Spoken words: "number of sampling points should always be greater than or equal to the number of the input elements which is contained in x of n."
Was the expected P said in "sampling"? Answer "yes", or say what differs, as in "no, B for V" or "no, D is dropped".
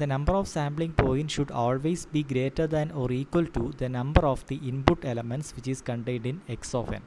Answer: no, B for P